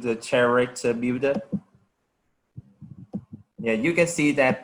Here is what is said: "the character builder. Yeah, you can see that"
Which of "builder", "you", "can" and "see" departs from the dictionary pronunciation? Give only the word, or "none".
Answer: builder